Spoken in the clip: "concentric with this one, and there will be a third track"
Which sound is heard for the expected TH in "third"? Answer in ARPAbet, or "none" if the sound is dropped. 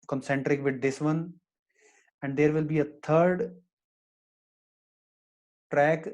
T